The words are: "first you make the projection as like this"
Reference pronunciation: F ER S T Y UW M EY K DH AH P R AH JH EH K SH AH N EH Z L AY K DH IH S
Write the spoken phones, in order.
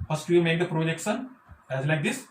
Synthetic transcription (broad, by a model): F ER S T Y UW M EY K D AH P R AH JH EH K S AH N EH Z L AY K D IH S